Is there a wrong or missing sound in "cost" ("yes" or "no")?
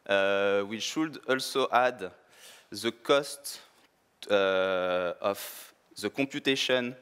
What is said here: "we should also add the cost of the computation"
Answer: no